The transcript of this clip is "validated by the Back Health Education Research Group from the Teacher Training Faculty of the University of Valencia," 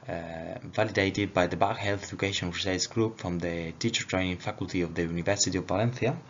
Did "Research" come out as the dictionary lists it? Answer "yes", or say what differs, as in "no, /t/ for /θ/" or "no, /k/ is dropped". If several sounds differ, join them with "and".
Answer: no, /s/ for /tʃ/